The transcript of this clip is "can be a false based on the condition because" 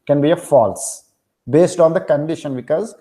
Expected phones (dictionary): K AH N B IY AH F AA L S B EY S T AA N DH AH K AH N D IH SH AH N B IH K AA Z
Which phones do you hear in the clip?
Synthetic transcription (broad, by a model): K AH N B IY AH F AA L S B EY S T AA N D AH K AH N D IH SH AH N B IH K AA Z